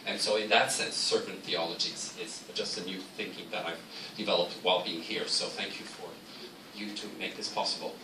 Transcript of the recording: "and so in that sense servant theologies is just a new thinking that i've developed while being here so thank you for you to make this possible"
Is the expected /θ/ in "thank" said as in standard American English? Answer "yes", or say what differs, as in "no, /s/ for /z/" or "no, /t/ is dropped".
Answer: yes